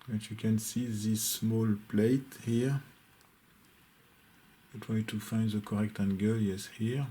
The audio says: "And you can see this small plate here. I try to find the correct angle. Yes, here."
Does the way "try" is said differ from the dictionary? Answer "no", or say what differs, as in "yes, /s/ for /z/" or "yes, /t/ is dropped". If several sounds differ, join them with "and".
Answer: yes, /w/ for /ɹ/